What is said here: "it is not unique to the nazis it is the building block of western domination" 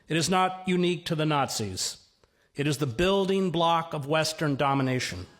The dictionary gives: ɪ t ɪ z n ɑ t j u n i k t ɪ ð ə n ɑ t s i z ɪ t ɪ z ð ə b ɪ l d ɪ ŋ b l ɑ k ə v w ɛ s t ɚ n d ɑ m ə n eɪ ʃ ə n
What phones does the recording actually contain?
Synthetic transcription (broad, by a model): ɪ t ɪ z n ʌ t j u n i k t ɪ ð ə n ɑ t s i z ɪ t ɪ z ð ə b ɪ l d ɪ ŋ b l ɑ k ə v w ɛ s t ɚ n d ɑ m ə n eɪ ʃ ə n